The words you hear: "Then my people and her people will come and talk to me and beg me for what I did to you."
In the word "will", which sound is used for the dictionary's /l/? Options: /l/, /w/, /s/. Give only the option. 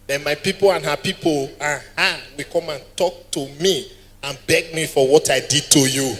/w/